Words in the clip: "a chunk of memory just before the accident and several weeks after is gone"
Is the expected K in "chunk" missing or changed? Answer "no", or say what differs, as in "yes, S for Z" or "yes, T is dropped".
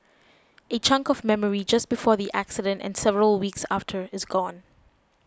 no